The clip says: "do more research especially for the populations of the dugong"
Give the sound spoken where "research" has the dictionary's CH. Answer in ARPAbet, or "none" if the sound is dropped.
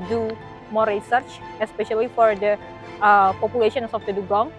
CH